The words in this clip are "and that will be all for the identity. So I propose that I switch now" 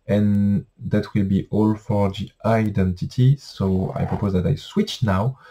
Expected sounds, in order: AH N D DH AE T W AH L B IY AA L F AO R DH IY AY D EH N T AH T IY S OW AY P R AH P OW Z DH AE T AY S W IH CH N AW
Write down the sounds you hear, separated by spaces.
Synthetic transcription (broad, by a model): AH N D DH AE T W AH L B IY AA L F AO R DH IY AY D EH N T AH T IY S OW AY P R AH P OW Z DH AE T AY S W IH CH N AW